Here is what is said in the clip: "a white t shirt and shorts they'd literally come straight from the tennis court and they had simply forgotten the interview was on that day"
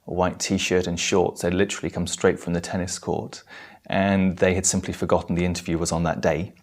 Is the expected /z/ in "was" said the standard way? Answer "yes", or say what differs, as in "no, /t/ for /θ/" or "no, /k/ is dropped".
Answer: yes